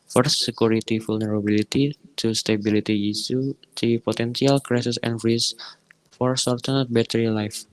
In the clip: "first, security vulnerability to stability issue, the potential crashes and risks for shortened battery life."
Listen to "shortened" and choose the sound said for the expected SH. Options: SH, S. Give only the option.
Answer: S